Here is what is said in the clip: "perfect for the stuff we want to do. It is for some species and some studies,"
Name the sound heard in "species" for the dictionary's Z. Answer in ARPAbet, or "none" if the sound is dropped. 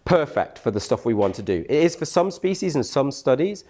Z